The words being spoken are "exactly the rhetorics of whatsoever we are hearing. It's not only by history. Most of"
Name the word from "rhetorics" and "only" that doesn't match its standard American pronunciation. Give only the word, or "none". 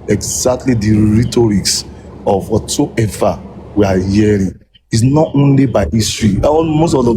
none